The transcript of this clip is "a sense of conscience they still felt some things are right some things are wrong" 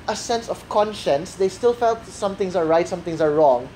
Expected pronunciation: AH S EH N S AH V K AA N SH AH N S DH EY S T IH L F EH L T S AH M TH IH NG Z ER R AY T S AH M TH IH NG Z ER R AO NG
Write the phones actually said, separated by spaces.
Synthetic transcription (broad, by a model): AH S EH N S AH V K AA N SH AH N S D EY S T IH L F EH L T S AH M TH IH NG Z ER R AY T S AH M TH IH NG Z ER R AO NG